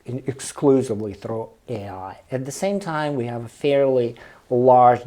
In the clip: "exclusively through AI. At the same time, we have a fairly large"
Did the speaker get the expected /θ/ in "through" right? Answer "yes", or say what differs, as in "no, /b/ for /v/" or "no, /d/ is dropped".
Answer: yes